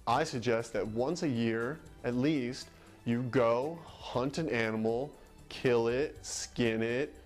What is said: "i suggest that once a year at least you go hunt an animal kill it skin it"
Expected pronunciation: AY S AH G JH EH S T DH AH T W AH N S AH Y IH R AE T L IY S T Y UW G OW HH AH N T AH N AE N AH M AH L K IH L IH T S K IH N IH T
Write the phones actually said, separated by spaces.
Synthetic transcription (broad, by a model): AY S AH G JH EH S T DH AH T W AH N S AH Y IH R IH T L IY S T Y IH G OW HH AH N T AH N AE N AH M L K IH L IH T S K IH N IH T